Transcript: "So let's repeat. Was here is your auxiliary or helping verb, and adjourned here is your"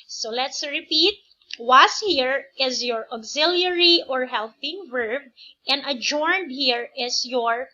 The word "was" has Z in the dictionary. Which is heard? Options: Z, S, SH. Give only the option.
S